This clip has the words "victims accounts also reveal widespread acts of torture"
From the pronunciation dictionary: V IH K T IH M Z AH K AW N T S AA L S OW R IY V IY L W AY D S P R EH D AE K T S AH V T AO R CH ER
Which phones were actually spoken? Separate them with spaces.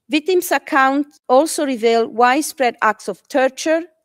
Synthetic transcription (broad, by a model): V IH K T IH M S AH K AW N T AA L S OW R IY V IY L W AY D S P R EH D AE K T S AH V T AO R CH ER